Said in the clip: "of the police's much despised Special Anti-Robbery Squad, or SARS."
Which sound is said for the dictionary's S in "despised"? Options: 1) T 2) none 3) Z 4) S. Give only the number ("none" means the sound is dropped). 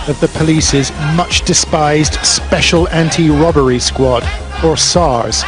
4